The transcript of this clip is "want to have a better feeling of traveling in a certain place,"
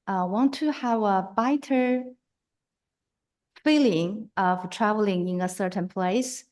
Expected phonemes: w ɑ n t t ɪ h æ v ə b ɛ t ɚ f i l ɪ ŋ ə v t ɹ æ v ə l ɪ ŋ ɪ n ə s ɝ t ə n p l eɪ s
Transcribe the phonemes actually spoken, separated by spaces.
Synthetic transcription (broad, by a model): w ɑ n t t ɪ h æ v ə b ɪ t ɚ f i l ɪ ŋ ə v t ɹ æ v ə l ɪ ŋ ɪ n ə s ɝ t ə n p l eɪ s